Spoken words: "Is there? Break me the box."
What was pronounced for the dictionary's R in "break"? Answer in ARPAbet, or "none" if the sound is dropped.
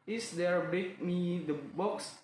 none